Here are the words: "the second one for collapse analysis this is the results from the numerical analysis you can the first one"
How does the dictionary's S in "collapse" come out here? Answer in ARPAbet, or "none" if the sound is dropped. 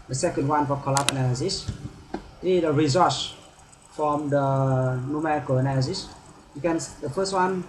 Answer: none